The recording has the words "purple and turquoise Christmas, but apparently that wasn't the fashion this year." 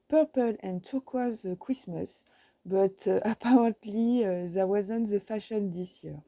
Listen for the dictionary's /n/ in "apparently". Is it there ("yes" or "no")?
no